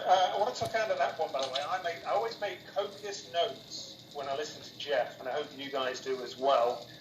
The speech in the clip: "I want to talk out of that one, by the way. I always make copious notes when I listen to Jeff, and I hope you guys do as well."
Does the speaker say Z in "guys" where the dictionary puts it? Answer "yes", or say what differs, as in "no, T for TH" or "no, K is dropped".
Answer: yes